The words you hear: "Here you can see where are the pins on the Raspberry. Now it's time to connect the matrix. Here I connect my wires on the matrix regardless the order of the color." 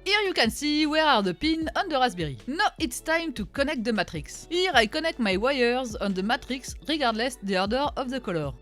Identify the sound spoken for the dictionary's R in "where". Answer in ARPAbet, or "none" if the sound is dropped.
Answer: R